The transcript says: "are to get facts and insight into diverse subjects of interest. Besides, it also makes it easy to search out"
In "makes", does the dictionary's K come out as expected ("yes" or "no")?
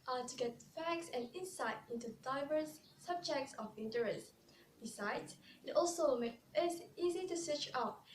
no